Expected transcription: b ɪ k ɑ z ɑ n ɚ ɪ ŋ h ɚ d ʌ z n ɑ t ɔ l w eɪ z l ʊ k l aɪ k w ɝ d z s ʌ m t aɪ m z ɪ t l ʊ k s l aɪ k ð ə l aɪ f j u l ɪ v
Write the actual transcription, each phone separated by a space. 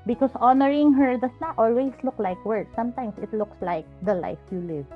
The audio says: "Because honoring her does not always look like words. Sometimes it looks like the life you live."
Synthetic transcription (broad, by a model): b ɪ k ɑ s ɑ n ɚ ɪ ŋ h ɚ d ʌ s n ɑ t ɔ l w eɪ s l ʊ k l aɪ k w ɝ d s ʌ m t aɪ m s ɪ t l ʊ k s l aɪ k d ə l aɪ f j u l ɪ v